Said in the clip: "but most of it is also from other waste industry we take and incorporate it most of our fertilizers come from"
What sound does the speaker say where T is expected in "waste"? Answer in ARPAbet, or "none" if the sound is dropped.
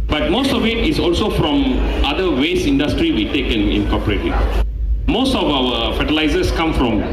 none